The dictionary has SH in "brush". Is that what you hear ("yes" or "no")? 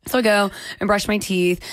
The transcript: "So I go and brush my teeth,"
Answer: yes